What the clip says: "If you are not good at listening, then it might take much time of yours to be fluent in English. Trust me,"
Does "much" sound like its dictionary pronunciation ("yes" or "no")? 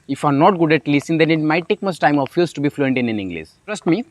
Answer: no